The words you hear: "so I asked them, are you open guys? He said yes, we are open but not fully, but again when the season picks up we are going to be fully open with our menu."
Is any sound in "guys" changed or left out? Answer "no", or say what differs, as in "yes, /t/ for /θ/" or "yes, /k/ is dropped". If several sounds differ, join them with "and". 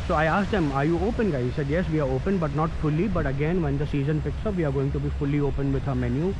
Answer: yes, /z/ is dropped